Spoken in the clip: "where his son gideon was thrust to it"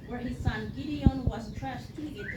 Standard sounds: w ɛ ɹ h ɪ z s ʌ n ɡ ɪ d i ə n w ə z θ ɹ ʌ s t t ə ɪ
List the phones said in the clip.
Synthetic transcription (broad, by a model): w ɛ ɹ h ɪ z s ʌ n ɡ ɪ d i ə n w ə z t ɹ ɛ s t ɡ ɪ